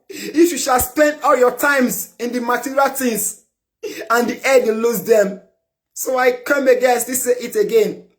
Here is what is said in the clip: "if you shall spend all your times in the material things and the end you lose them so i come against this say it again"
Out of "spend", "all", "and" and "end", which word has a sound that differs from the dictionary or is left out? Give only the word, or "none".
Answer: end